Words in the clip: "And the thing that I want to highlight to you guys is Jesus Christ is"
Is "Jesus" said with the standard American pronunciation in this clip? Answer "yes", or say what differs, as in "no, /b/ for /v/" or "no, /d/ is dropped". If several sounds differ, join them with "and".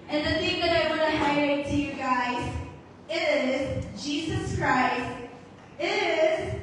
yes